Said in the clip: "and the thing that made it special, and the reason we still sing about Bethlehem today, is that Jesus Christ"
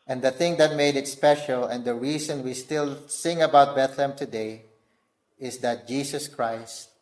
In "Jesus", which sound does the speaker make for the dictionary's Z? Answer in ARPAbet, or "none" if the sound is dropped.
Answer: S